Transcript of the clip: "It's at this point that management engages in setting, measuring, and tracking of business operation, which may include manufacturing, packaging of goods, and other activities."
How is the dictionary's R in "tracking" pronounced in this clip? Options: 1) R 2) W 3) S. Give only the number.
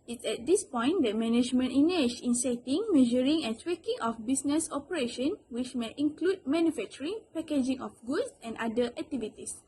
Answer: 2